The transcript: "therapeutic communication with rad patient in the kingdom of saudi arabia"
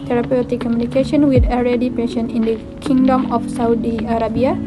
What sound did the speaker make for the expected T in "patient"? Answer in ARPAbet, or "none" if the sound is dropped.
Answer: none